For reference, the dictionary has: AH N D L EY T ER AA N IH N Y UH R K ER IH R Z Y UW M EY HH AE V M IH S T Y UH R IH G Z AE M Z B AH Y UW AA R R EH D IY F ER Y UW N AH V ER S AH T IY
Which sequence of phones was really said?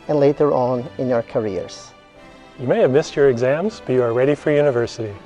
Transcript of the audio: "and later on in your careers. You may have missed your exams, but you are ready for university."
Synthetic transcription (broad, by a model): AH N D L EY T ER AA N IH N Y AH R K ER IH R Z Y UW M EY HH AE V M IH S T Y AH R IH G Z AE M Z B AH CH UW AA R R EH D IY F ER Y UW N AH V ER S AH T IY